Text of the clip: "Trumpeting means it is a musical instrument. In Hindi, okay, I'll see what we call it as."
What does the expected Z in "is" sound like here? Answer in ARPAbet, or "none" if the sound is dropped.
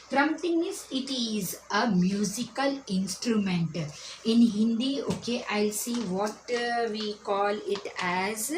Z